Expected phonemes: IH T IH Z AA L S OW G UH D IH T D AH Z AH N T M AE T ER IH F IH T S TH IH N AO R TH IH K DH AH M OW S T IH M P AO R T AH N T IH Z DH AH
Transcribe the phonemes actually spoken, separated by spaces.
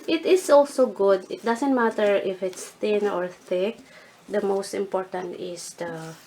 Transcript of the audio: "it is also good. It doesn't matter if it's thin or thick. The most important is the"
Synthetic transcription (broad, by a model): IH T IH S AA L S OW G UH D IH T D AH S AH N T M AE T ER IH F IH T S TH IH N AO R TH IH K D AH M OW S T IH M P AO R T AH N T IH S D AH